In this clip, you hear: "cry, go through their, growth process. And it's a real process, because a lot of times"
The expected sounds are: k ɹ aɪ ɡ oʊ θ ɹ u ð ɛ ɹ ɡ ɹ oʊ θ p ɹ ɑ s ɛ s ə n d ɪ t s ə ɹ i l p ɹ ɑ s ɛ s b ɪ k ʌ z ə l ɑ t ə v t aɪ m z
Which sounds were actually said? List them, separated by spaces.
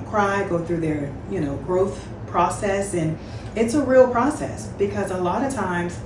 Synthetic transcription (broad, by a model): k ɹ aɪ ɡ oʊ θ ɹ u ð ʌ ɹ ɡ ɹ oʊ θ p ɹ ɑ s ɛ s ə n ɪ t s ə ɹ i l p ɹ ɑ s ɛ s b ɪ k ʌ z ə l ɑ t ə v t aɪ m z